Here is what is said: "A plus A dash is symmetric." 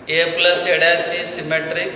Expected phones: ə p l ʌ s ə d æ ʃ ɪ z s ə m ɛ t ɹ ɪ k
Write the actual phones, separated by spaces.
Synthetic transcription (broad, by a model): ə p l ʌ s ə d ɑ s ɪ s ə m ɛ t ɹ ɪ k